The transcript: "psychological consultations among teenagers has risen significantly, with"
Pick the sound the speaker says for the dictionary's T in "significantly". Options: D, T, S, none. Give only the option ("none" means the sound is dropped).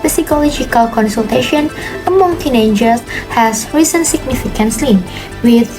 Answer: S